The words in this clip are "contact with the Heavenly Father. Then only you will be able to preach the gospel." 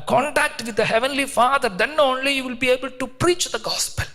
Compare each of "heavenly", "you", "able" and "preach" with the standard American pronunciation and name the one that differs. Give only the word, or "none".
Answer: none